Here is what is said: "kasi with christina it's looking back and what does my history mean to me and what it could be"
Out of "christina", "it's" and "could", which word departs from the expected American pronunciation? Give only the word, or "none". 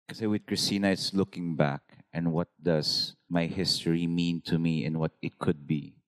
none